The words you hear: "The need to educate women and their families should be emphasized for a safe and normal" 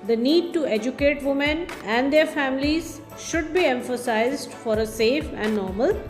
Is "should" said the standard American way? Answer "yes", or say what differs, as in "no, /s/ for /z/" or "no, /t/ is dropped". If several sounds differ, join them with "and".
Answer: yes